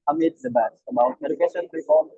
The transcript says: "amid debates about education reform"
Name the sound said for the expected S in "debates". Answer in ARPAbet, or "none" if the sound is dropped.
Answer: none